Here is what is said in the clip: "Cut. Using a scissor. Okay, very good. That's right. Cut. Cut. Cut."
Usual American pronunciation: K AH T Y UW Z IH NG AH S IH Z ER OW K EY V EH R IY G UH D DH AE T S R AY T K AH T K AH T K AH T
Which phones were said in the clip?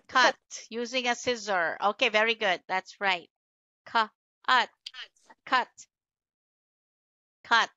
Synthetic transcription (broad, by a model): K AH T Y UW Z IH NG AH S IH Z ER OW K EY V EH R IY G UH D DH AE T S R AY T K AH T K AH T K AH T